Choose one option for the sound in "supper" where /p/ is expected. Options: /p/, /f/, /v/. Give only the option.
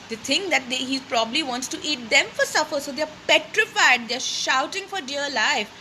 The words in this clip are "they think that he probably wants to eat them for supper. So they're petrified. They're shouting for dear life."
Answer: /f/